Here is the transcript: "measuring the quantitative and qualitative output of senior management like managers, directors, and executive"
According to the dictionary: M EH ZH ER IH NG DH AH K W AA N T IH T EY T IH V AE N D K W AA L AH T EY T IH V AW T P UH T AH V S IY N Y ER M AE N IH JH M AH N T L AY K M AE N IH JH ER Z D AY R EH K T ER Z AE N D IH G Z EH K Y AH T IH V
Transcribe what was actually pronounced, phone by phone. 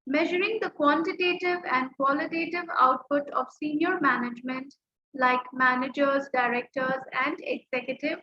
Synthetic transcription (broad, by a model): M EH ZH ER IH NG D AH K W AA N T IH T EY T IH V AE N D K W AA L AH T EY T IH V AW T P UH T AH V S IY N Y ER M AE N IH JH M AH N T L AY K M AE N IH JH ER Z D AY R EH K T ER Z AE N D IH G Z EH K Y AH T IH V